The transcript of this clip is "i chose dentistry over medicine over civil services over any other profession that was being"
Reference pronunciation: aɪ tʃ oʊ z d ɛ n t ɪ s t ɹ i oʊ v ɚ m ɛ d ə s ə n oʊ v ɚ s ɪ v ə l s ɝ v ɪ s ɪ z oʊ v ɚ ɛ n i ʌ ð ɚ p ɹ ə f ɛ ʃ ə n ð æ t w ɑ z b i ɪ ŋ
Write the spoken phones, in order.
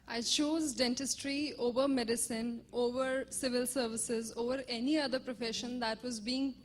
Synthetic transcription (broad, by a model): aɪ tʃ oʊ z d ɛ n t ɪ s t ɹ i oʊ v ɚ m ɛ d ə s ə n oʊ v ɚ s ɪ v ə l s ɝ v ɪ s ɪ z oʊ v ɚ ɛ n i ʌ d ɚ p ɹ ə f ɛ ʃ ə n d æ t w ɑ z b i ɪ ŋ